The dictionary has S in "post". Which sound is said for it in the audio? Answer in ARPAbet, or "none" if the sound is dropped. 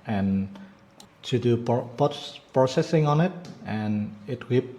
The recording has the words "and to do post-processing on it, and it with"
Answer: none